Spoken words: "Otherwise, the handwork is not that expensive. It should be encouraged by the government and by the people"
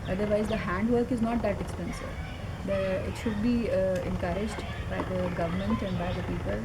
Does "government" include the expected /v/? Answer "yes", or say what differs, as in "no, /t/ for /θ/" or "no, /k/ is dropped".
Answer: yes